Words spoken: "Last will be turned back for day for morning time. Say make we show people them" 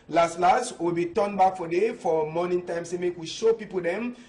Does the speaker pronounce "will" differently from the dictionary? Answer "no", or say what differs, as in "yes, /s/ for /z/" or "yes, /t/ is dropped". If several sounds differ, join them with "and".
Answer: yes, /w/ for /l/